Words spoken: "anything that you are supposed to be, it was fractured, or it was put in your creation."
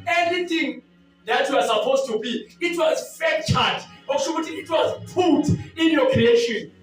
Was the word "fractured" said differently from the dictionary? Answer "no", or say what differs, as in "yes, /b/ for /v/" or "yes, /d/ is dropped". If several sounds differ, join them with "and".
yes, /ɹ/ is dropped